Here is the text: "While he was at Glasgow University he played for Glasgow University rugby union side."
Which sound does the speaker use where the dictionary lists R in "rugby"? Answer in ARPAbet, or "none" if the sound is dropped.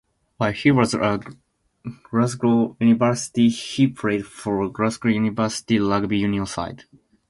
L